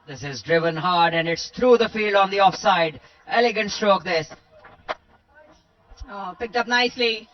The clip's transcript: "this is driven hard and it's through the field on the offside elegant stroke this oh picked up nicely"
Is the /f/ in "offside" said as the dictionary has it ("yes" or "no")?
yes